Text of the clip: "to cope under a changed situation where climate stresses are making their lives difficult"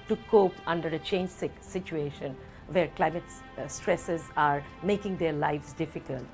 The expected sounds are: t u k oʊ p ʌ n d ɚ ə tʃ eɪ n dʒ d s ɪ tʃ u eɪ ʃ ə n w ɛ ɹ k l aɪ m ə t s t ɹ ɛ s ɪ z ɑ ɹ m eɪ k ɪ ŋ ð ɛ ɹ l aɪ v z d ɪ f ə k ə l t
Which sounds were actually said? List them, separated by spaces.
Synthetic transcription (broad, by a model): t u k oʊ p ʌ n d ɚ ə tʃ eɪ n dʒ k s ɪ tʃ u eɪ ʃ ə n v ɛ ɹ k l aɪ m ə t s t ɹ ɛ s ɪ z ɑ ɹ m eɪ k ɪ ŋ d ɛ ɹ l aɪ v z d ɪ f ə k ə l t